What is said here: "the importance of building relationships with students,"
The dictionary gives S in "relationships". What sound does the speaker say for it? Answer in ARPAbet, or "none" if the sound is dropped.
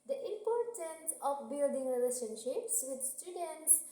S